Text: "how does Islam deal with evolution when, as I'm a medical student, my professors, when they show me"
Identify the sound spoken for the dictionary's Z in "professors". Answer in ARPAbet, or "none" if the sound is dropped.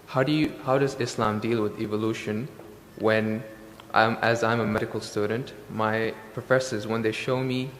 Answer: Z